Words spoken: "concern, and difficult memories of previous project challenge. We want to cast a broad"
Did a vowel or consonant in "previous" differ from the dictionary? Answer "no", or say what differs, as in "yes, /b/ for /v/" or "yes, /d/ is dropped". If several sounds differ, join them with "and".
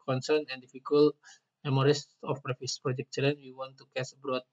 yes, /f/ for /v/